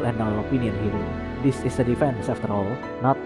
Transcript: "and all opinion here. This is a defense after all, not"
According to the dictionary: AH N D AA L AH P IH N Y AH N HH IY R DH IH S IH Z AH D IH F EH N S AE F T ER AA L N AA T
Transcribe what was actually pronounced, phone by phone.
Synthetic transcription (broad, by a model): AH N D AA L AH P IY N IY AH N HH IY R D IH S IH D AH D IH F EH N S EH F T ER AA L N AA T